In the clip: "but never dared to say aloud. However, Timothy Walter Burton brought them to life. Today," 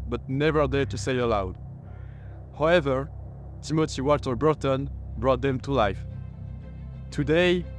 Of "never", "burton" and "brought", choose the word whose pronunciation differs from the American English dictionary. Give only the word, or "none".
none